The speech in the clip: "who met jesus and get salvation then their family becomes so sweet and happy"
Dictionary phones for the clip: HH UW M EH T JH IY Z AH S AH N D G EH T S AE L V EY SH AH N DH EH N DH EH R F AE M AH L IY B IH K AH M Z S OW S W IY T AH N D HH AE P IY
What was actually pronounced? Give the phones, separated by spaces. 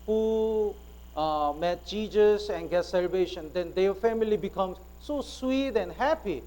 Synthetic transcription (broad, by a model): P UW M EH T CH IY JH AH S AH N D G EH T S AE L V EY SH AH N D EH N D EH F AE M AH L IY B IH K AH M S S OW S W IY T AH N HH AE P IY